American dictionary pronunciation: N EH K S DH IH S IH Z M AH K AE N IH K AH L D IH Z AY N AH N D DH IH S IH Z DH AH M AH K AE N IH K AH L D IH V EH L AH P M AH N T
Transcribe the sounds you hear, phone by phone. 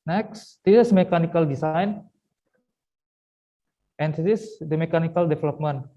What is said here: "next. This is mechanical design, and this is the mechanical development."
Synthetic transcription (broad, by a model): N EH K S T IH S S M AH K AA N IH K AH L D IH S AY N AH N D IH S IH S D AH M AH K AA N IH K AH L D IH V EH L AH P M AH N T